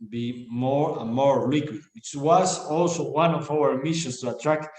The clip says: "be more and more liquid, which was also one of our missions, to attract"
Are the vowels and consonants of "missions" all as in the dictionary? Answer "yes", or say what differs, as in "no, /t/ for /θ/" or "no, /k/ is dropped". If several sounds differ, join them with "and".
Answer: no, /s/ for /z/